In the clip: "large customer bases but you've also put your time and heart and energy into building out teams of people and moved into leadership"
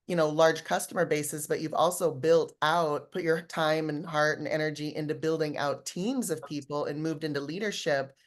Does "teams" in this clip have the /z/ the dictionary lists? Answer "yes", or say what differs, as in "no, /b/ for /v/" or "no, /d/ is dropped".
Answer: yes